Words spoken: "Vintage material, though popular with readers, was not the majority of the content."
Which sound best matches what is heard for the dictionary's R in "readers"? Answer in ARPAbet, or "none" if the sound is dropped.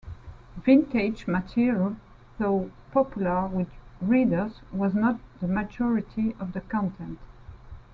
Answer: R